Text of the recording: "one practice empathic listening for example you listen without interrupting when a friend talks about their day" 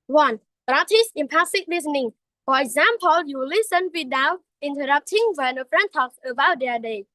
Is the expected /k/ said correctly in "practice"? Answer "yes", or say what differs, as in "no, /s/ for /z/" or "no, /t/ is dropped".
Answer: no, /k/ is dropped